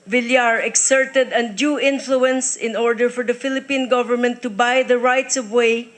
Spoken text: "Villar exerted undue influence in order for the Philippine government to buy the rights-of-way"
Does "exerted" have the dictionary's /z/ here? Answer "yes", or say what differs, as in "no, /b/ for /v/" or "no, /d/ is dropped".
no, /s/ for /z/